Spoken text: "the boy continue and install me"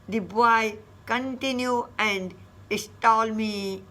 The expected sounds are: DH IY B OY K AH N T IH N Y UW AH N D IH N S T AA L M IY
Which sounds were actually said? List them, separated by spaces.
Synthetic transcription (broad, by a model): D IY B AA K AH N T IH N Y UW AH N D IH S T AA L M IY